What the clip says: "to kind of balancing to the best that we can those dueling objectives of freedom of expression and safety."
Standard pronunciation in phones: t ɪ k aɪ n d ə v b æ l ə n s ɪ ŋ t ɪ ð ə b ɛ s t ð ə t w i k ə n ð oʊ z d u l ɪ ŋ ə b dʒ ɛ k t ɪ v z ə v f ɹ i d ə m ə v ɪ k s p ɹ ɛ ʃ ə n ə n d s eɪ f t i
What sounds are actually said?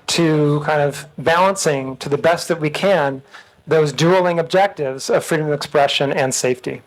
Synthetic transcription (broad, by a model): t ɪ k aɪ n d ə v b æ l ə n s ɪ ŋ t ɪ ð ə b ɛ s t ð ə t w i k ə n ð oʊ z d u l ɪ ŋ ə b dʒ ɛ k t ɪ v z ə v f ɹ i d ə m ə v ɪ k s p ɹ ɛ ʃ ə n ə n s eɪ f t i